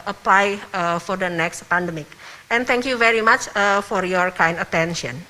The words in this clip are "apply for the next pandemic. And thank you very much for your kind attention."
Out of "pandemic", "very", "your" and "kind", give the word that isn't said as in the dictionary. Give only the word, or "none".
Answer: none